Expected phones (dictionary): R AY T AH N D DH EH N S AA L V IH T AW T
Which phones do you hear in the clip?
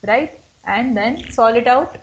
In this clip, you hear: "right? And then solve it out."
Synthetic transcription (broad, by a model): R AY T AH N D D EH N S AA L IH T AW T